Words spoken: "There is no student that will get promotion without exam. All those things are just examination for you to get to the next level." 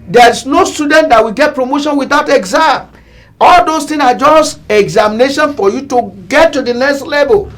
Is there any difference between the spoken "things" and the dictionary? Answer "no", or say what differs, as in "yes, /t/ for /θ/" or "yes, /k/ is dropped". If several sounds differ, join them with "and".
yes, /z/ is dropped